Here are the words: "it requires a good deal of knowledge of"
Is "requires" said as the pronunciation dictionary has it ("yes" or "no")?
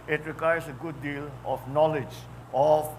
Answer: no